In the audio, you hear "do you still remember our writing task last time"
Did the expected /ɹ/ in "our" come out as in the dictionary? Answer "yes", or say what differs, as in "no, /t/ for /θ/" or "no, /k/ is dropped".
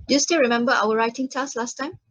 no, /w/ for /ɹ/